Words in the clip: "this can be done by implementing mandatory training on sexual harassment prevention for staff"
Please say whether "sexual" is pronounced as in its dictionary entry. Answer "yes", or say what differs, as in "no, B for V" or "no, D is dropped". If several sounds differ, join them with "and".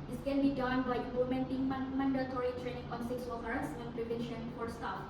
no, S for SH